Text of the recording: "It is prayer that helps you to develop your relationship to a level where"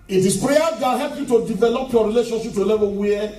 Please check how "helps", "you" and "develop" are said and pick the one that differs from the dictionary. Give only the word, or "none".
helps